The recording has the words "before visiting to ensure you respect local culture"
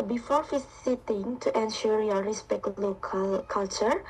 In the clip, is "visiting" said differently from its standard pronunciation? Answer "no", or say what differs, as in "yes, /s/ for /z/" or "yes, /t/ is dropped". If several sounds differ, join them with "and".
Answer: yes, /f/ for /v/ and /s/ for /z/